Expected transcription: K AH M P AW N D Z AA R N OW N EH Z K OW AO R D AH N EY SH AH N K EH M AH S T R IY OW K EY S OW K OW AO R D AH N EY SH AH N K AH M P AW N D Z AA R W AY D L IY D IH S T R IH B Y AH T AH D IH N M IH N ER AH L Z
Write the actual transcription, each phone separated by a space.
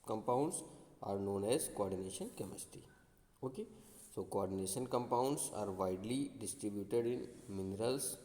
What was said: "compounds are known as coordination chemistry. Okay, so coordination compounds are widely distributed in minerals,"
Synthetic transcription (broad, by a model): K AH M P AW N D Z AA R N OW N EH Z K OW AO R D AH N EY SH AH N K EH M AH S T IY OW K EY S OW K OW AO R D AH N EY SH AH N K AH M P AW N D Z AA R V AY D L IY D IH S T R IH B Y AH T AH D IH N M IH N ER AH L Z